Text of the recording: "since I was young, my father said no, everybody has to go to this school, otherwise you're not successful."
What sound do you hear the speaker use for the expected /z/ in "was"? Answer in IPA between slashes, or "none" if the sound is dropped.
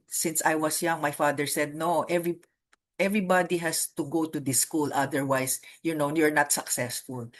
/s/